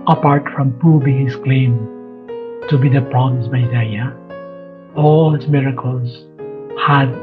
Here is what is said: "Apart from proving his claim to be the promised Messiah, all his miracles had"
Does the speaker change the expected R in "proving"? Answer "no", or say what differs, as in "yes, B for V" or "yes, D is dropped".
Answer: yes, R is dropped